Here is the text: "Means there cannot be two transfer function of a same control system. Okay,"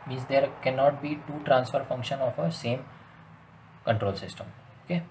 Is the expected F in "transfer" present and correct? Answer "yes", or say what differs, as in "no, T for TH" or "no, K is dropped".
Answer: yes